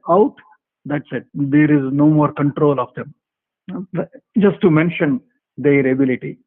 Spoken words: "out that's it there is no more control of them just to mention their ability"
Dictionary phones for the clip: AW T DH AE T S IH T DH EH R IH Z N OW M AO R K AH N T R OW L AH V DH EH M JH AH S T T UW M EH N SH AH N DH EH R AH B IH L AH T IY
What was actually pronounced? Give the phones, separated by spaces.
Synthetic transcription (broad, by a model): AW T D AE T S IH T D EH R IH Z N OW M AO R K AH N T R OW L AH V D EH M JH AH S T T UW M EH N SH AH N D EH R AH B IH L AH T IY